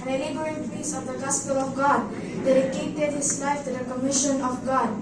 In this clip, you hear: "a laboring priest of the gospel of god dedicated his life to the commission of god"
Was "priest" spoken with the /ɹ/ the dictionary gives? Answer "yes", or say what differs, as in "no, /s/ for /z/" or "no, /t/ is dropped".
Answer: no, /ɹ/ is dropped